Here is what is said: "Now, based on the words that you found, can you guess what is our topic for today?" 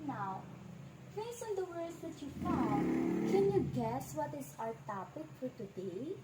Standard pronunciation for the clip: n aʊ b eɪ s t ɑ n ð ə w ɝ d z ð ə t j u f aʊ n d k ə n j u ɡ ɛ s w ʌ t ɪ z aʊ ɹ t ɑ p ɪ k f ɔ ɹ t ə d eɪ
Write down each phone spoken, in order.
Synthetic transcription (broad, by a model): n aʊ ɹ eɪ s ɑ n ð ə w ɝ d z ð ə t j u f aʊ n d k ə n j u ɡ ɛ s w ʌ t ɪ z aʊ ɹ t ɑ p ɪ k f ɔ ɹ t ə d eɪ